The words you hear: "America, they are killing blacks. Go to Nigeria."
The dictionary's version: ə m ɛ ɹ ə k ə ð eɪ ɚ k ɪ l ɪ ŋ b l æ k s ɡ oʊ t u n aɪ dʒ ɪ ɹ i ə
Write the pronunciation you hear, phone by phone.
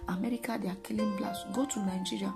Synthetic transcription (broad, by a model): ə m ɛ ɹ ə k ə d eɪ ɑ k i l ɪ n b l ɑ s ɡ oʊ t u n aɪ dʒ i ɹ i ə